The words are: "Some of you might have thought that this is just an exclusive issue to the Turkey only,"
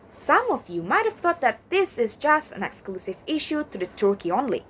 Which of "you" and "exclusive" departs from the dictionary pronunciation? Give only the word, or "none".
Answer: none